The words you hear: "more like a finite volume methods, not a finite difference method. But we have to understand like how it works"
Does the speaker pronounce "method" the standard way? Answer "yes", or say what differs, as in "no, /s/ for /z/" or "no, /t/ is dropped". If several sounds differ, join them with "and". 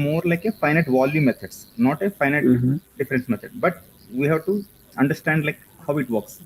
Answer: no, /t/ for /θ/